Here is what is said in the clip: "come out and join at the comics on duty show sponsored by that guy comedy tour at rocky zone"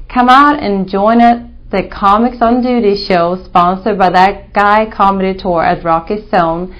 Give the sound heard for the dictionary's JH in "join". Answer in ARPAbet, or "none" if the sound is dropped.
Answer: JH